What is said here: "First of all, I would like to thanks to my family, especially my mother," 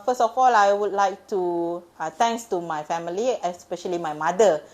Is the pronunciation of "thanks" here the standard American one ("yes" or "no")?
no